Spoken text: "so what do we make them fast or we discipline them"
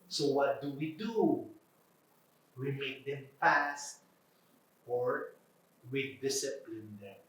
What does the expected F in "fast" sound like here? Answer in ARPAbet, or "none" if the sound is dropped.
P